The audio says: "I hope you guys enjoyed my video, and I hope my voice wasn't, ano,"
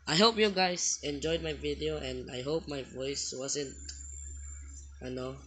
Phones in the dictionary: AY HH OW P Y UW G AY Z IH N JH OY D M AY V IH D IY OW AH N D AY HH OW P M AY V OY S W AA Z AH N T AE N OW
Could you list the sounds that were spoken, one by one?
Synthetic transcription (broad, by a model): AY HH OW P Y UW G AY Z IH N JH OY D M AY V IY D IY OW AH N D AY HH OW P M AY V OY S W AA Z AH N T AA N OW